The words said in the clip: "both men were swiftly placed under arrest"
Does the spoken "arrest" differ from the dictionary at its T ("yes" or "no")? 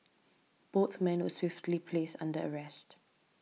no